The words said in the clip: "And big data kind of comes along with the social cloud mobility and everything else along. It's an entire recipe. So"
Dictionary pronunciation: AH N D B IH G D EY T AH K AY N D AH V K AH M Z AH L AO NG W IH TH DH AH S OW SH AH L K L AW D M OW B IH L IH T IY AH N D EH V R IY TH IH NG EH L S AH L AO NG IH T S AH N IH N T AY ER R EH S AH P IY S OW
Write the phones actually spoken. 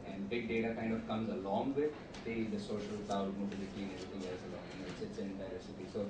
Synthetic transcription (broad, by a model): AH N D B IH G D EY T AH K AY N D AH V K AH M Z AH L AO NG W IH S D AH S OW SH AH L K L AW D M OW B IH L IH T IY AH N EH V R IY T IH NG EH L S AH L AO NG IH T S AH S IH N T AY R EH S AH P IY S OW